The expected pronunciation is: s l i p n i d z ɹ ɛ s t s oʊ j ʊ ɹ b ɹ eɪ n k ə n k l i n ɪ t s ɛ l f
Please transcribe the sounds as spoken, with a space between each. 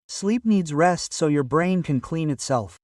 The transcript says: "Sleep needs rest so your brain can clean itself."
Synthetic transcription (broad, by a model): s l i p n i d z ɹ ɛ s t s oʊ j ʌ ɹ b ɹ eɪ n k ə n k l i n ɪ t s ɛ l f